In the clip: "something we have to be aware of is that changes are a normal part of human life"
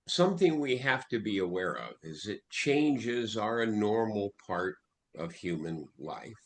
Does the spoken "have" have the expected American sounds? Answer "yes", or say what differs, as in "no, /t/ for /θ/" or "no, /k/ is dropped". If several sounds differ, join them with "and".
no, /f/ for /v/